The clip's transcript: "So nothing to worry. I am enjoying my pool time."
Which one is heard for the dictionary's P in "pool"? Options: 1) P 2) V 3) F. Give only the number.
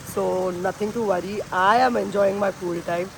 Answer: 3